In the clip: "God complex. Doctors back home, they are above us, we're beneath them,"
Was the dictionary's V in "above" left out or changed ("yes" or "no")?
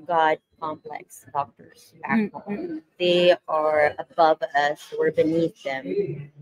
no